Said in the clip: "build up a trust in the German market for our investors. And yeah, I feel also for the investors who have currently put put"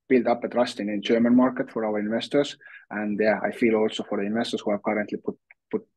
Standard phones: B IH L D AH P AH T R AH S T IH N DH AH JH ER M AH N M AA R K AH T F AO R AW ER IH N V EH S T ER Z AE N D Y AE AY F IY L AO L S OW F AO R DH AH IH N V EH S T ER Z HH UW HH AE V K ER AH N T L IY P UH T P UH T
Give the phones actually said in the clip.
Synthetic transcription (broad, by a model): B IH L D AH P AH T R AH S T IH N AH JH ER M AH N M AA R K AH T F AO R AW ER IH N V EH S T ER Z AE N D Y AE AY F IY L AO L S OW F AO R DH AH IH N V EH S T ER S HH UW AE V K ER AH N T L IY P UH T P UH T